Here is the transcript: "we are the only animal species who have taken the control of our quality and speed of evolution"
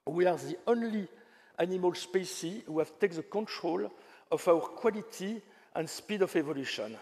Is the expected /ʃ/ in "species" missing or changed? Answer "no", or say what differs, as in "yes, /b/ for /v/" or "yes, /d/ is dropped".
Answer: yes, /s/ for /ʃ/